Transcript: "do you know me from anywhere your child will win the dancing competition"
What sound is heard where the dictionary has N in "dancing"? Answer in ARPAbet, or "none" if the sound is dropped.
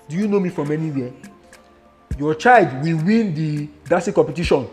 none